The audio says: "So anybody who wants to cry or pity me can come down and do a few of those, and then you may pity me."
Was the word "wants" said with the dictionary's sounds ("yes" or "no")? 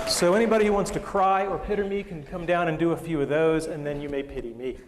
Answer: yes